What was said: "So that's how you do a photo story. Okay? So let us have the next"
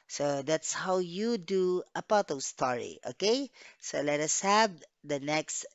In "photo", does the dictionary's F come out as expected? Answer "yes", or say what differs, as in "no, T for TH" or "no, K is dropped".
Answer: no, P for F